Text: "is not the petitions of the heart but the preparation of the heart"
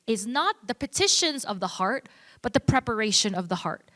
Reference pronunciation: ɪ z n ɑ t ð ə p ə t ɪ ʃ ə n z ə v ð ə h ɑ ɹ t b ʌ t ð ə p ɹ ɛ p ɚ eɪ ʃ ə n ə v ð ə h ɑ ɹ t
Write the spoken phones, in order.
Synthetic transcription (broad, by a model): ɪ z n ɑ t ð ə p ə t ɪ ʃ ə n z ə v ð ə h ɑ ɹ t b ʌ t ð ə p ɹ ɛ p ɚ eɪ ʃ ə n ə v ð ə h ɑ ɹ t